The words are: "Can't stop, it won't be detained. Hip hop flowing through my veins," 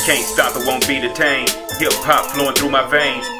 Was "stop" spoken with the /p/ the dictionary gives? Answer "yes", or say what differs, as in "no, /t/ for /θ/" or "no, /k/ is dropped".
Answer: yes